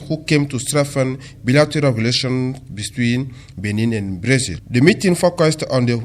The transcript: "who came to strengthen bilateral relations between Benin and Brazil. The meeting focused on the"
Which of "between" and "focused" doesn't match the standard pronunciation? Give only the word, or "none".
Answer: none